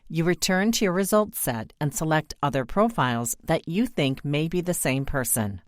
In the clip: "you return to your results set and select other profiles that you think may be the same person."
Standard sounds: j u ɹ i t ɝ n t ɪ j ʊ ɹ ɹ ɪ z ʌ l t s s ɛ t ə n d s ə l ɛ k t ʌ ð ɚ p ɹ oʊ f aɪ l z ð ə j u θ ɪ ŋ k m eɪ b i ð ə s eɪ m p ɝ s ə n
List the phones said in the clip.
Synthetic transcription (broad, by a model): j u ɹ i t ɝ n t ɪ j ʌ ɹ ɹ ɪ z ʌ l t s s ɛ t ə n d s ə l ɛ k t ʌ ð ɚ p ɹ oʊ f aɪ l z ð ə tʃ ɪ θ ɪ ŋ k m eɪ b i ð ə s eɪ m p ɝ s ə n